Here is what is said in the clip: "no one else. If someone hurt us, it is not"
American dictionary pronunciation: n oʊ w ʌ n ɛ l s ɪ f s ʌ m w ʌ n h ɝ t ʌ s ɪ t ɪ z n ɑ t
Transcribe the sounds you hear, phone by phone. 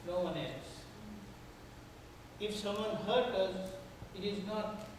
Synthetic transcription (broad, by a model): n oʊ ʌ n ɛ s ɪ f s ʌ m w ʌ n h ɝ t ʌ s ɪ t ɪ z n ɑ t